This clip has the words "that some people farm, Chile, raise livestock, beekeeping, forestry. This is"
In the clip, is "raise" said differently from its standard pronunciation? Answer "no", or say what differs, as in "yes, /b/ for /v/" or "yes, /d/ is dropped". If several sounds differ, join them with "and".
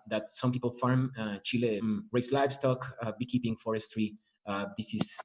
yes, /s/ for /z/